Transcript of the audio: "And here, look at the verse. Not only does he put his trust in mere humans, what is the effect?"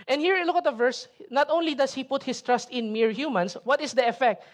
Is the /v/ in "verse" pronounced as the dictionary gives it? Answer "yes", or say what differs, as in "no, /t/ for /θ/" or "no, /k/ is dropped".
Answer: yes